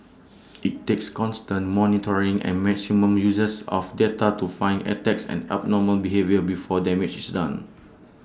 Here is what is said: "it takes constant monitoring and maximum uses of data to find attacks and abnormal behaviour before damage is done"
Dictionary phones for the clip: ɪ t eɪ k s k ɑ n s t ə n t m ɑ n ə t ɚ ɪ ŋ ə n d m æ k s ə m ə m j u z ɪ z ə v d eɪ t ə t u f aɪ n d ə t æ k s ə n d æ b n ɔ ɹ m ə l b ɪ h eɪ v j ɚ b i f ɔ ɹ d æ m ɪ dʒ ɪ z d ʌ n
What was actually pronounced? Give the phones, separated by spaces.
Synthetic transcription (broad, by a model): ɪ t eɪ k s k ɑ n s t ə n t m ɑ n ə t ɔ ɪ ŋ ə n m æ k s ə m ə m j u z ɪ s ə f d eɪ t ə t u f aɪ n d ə t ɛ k s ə n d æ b n ɔ m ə l b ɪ h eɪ v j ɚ b i f ɔ d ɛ m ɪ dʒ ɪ s d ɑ n